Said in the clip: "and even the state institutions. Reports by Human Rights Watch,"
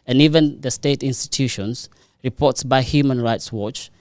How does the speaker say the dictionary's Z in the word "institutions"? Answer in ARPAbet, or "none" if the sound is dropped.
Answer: S